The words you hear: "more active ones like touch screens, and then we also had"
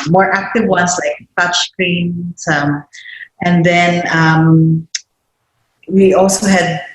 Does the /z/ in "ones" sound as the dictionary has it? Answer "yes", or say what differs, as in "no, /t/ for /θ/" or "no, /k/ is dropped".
no, /s/ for /z/